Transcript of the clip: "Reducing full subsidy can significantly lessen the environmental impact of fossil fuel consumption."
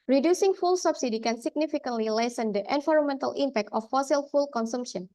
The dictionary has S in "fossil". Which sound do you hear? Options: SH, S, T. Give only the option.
S